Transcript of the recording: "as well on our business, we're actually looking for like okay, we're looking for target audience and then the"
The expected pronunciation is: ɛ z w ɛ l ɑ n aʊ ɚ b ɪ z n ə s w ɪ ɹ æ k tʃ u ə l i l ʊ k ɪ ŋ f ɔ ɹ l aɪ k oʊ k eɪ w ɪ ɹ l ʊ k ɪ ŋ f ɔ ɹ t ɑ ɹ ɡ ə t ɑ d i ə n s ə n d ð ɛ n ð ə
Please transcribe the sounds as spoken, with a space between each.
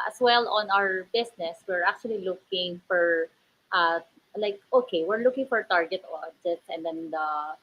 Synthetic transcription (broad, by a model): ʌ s w ɛ l ɑ n aʊ ɚ b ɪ s n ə s w ɪ ɹ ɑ k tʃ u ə l i l ʊ k ɪ ŋ f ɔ ɹ l aɪ k oʊ k eɪ w ɪ ɹ l ʊ k ɪ ŋ f ɔ ɹ t ɑ ɹ ɡ ə t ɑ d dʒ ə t s ə n d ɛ n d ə